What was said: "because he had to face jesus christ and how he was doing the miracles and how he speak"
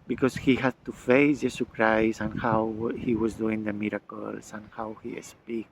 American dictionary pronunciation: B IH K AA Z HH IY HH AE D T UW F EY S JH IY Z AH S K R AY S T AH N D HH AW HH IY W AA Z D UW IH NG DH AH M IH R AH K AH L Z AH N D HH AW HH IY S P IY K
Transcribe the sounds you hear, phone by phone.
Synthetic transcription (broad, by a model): B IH K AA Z HH IY HH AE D T UW F EY S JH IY S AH K R AY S AH N HH AW HH IY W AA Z D UW IH NG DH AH M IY R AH K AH L S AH N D HH AW HH IY S P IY K